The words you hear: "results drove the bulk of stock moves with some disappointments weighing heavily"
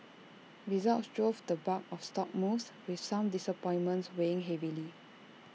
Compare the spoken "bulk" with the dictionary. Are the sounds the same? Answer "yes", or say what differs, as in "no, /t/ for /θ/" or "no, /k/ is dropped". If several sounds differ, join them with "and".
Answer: no, /l/ is dropped